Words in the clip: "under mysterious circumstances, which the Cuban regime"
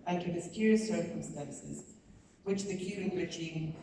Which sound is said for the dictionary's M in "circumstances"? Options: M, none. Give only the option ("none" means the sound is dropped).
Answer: M